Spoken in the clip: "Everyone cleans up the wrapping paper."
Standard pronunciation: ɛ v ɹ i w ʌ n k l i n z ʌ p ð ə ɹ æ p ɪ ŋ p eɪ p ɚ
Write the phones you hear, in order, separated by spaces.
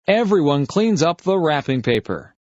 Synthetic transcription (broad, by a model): ɛ v ɹ i w ʌ n k l i n z ʌ p ð ə ɹ æ p ɪ ŋ p eɪ p ɚ